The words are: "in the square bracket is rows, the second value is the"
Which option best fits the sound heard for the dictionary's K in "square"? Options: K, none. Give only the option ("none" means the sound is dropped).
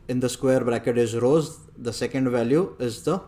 K